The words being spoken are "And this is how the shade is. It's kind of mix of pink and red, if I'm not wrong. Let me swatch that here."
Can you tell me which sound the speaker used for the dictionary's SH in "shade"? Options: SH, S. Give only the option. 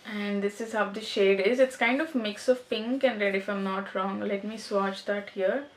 SH